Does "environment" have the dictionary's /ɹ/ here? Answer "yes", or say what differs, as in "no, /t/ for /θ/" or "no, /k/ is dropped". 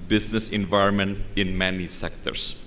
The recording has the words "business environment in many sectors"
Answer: yes